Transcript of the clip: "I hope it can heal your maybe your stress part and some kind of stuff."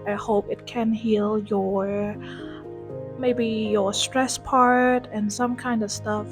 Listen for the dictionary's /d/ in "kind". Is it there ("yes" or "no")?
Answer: yes